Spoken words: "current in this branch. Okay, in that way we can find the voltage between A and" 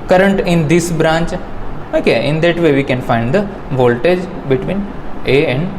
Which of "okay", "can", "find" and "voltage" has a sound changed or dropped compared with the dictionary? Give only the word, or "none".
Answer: none